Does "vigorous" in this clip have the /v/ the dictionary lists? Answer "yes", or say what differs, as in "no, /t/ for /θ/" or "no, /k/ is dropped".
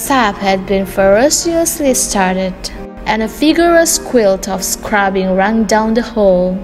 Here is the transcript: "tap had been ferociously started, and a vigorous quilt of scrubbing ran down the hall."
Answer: no, /f/ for /v/